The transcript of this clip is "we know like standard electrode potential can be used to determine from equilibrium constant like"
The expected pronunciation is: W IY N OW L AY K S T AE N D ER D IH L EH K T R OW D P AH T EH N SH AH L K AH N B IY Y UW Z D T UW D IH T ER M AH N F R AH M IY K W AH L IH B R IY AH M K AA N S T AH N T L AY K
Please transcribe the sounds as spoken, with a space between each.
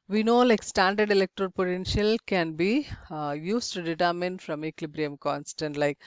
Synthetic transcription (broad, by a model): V IY N OW L AY K S T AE N D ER D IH L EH K T R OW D P AH T EH N SH AH L K AH N B IY Y UW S T UW D IH T ER M AH N F R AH M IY K L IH B R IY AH M K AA N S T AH N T L AY K